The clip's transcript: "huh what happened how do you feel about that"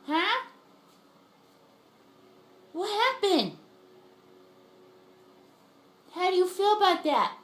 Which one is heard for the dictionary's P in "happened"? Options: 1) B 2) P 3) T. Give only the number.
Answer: 1